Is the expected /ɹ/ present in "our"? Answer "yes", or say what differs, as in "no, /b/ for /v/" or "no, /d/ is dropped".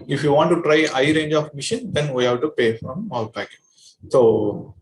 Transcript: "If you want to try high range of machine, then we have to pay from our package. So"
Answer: no, /l/ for /ɹ/